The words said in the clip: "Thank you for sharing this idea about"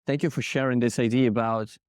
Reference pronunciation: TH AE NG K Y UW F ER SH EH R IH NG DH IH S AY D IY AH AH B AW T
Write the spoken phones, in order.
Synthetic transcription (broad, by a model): TH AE NG K Y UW F ER SH EH R IH NG DH IH S AY D IY AH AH B AW T